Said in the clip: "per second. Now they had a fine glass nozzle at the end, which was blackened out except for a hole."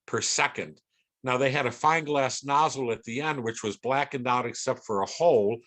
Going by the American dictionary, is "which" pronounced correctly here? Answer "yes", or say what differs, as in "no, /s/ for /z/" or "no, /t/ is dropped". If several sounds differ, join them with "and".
yes